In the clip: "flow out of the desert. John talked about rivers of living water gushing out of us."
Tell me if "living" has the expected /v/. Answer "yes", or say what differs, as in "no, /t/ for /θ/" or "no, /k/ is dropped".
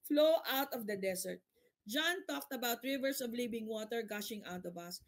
no, /b/ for /v/